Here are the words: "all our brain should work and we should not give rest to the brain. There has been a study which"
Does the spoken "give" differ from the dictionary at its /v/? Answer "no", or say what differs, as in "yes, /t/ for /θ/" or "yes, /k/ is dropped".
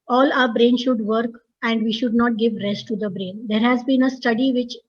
no